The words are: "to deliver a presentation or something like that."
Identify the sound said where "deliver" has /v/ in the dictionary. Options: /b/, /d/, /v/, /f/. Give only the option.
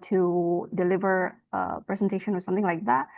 /v/